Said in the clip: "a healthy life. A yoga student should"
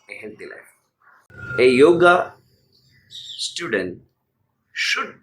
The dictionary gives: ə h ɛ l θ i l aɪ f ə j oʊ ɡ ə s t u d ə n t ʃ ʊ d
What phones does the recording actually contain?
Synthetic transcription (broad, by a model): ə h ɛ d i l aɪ ə j oʊ ɡ ə s t u d ə n t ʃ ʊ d